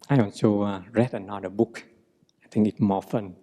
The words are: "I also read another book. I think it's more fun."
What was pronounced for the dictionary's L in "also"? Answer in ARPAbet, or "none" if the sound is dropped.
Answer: N